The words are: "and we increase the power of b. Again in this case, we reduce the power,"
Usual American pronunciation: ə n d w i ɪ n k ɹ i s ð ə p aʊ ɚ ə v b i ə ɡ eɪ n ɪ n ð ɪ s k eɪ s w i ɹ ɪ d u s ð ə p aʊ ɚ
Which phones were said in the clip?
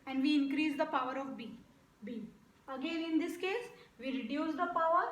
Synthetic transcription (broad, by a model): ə n d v i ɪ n k ɹ i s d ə p aʊ ɚ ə b b i ə ɡ eɪ n ɪ n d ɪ s k eɪ s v i ɹ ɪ d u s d ə p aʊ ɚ